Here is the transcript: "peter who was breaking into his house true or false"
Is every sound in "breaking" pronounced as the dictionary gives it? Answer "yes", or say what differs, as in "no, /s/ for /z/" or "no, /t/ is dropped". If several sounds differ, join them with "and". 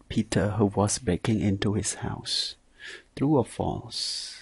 no, /ɹ/ is dropped